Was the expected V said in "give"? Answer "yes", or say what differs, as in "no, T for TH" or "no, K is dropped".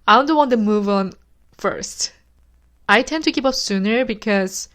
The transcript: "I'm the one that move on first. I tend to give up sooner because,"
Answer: no, P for V